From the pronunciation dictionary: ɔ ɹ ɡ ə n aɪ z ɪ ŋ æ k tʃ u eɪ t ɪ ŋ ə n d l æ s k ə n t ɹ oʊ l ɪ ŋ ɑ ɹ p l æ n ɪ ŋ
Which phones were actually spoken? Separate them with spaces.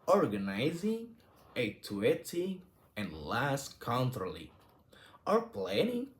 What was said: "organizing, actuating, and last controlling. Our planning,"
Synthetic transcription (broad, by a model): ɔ ɹ ɡ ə n aɪ z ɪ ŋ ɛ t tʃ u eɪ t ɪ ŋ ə n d l æ s k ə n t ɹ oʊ l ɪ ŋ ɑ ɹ p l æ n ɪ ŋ